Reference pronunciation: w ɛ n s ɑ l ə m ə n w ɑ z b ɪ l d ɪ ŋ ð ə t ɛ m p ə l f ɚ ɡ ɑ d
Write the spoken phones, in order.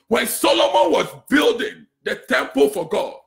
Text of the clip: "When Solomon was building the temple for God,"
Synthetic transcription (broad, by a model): w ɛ n s ɑ l ə m ə n w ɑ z b ɪ l d ɪ ŋ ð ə t ɛ m p ə l f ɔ ɡ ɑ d